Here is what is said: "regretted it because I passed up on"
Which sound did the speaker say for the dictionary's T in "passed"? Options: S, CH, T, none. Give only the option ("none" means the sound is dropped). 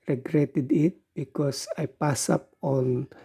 none